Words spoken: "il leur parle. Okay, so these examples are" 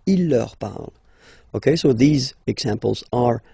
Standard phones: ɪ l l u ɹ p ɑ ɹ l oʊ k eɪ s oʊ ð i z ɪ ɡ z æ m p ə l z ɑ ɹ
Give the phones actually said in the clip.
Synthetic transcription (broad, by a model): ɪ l l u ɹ p ɑ ɹ l oʊ k eɪ s oʊ ð i z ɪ ɡ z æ m p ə l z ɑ ɹ